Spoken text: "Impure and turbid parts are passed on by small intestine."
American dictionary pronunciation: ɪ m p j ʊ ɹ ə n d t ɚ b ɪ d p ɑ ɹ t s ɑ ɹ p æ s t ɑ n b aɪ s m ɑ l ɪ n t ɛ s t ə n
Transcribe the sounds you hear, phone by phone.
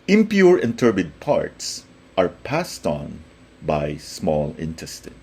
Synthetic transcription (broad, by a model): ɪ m p j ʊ ɹ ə n t ɚ b ɪ d p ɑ ɹ t s ɑ ɹ p æ s t ɑ n b aɪ s m ɑ l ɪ n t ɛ s t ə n